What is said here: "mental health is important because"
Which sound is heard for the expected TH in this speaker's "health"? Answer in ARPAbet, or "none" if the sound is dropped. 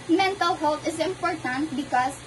T